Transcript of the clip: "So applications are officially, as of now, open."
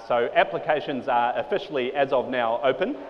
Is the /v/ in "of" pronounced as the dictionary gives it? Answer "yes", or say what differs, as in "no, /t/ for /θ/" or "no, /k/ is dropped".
yes